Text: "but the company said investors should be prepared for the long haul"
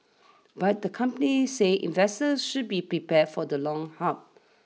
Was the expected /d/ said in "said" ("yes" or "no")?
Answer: no